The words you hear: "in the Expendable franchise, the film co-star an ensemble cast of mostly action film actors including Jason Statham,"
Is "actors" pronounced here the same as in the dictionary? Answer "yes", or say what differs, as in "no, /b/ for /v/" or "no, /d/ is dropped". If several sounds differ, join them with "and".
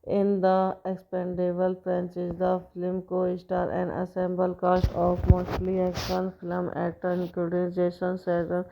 no, /k/ is dropped